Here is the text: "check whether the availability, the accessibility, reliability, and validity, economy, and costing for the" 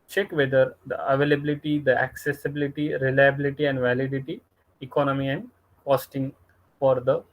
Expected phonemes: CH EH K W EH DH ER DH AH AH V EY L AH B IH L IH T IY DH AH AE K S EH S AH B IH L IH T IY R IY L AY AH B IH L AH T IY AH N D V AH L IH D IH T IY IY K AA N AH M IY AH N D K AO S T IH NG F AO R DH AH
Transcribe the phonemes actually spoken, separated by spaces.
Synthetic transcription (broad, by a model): CH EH K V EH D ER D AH AH V EY L AH B IH L IH T IY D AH AE K S EH S AH B IH L IH T IY R IY L AY AH B IH L AH T IY AH N D V AH L IH D IH T IY IY K AA N AH M IY AH N D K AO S T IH NG F AO R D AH